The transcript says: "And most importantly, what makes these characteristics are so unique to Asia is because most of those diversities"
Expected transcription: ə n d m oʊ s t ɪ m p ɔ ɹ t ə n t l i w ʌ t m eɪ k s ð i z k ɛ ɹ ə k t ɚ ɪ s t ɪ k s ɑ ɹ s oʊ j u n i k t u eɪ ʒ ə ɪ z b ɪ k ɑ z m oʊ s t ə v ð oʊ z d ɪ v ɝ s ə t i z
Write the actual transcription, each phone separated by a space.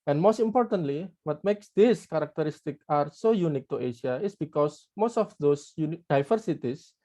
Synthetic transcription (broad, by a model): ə n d m oʊ s t ɪ m p ɔ ɹ t ə n t l i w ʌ t m eɪ k s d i s k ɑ ɹ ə k t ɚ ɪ s t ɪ k ɑ ɹ s oʊ j u n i k t u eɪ ʃ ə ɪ s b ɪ k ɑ s m oʊ s t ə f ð oʊ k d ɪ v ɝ s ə t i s